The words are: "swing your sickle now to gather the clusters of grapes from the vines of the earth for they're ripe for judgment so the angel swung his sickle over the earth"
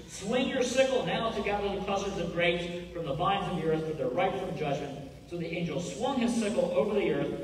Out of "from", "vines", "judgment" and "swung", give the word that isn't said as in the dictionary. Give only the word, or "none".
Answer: none